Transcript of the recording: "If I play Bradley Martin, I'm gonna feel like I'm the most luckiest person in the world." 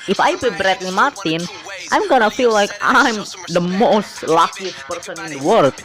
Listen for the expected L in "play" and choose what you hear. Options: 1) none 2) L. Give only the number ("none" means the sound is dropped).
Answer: 1